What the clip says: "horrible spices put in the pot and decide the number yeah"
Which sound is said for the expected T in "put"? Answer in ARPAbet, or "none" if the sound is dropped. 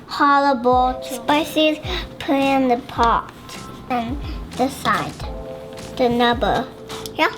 none